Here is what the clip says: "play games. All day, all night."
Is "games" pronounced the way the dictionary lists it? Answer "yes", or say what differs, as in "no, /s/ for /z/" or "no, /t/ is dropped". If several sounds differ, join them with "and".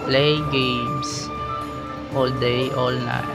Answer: no, /s/ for /z/